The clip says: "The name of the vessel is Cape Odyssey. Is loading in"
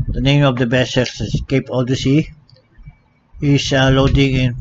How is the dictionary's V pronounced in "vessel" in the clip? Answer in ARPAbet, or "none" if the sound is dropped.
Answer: B